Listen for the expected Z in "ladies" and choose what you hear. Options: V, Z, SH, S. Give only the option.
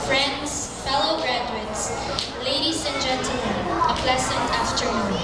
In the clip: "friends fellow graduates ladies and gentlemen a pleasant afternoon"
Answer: S